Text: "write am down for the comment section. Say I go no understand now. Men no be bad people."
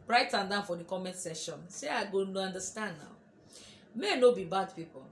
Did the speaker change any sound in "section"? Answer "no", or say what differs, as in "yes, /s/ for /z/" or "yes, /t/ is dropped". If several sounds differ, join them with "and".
yes, /k/ is dropped